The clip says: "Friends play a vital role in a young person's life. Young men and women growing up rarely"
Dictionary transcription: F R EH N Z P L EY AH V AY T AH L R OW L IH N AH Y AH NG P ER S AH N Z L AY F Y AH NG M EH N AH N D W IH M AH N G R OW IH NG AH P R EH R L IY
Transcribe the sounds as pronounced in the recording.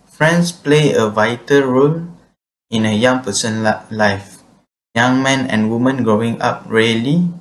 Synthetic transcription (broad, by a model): F R EH N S P L EY AH V AY T AH L R OW L IH N AH Y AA NG P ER S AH N L AY F Y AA NG M EH N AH N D W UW M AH N G R OW IH NG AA P R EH L IY